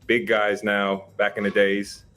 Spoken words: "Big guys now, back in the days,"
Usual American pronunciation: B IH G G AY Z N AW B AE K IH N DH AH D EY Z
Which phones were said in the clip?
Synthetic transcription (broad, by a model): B IH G G AY Z N AW B AE K IH N DH AH D EY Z